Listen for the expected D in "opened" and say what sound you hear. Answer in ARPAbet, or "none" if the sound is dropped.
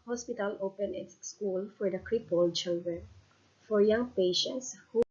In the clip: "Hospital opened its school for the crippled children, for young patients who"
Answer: none